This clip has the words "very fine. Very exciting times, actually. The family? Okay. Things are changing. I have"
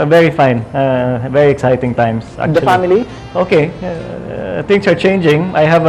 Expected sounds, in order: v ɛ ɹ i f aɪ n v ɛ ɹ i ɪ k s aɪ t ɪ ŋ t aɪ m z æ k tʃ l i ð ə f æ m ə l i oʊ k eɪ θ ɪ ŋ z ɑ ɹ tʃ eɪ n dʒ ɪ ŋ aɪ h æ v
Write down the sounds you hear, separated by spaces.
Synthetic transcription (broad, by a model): v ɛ ɹ i f aɪ n v ɛ ɹ i ɪ k s aɪ t ɪ ŋ t aɪ m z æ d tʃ i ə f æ m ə l i oʊ k eɪ t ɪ ŋ s ɑ ɹ tʃ eɪ n dʒ ɪ ŋ aɪ h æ v